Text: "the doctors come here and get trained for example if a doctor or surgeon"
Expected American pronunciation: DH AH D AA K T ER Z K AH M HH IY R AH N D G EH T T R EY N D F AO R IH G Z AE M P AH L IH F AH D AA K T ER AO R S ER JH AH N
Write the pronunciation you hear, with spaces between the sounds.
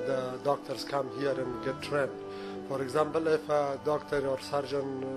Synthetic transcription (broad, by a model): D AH D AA K T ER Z K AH M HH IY R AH N G EH T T R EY N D F AO R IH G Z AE M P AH L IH F AH D AA K T ER AO R S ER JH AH N